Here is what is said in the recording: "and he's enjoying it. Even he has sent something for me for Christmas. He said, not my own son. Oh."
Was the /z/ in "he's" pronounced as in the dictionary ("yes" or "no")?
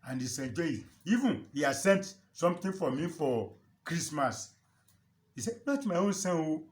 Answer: no